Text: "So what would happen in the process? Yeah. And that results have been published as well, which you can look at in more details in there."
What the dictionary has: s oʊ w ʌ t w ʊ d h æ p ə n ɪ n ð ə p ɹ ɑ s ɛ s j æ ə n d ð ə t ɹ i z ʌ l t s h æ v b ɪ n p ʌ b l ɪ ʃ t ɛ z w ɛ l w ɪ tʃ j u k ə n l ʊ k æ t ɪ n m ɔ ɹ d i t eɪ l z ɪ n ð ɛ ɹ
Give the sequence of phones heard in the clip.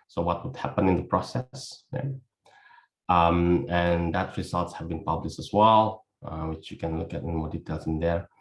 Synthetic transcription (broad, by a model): s oʊ w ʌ t w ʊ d h æ p ə n ɪ n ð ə p ɹ ɑ s ɛ s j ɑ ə n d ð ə t ɹ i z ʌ l t s h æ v b ɪ n p ʌ b l ɪ ʃ t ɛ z w ɛ l w ɪ tʃ j u k ə n l ʊ k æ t ɪ n m ɔ ɹ d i t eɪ l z ɪ n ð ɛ ɹ